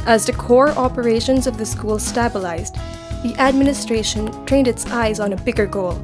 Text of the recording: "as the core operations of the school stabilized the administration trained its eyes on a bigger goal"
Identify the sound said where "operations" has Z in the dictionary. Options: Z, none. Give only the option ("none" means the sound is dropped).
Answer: Z